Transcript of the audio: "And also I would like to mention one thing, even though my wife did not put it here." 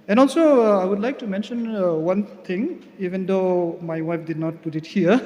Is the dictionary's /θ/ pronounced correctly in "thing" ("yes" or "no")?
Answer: no